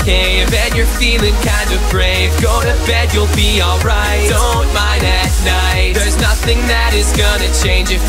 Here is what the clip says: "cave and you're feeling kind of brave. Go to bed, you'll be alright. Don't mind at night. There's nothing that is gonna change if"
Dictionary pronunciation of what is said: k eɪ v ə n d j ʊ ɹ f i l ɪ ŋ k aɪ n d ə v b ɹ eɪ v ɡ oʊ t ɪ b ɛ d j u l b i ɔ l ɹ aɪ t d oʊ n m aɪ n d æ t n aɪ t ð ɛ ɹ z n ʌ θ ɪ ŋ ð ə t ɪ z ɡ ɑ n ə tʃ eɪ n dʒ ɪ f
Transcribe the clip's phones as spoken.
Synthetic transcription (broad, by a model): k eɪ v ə n j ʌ ɹ f i l ɪ ŋ k aɪ n d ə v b ɹ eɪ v ɡ oʊ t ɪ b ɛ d j u l b i ɔ l ɹ aɪ t d oʊ n m aɪ n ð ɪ t n aɪ t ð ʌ ɹ z n ʌ θ ɪ ŋ ð ə t ɪ z ɡ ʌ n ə tʃ eɪ n dʒ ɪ